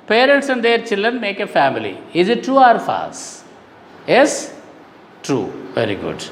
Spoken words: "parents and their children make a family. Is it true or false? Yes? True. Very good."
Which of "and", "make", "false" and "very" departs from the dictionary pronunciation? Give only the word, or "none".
false